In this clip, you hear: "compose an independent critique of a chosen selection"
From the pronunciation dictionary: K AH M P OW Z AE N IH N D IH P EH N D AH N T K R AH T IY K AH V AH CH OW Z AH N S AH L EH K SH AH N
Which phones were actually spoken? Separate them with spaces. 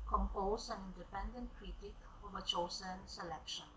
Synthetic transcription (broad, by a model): K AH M P OW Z AE N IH N D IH P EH N D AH N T K R AH T IY K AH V AH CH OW S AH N S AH L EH K SH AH N